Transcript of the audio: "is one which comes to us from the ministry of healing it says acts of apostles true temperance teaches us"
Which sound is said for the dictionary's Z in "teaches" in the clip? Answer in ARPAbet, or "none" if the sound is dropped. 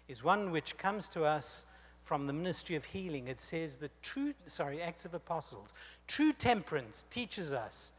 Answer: Z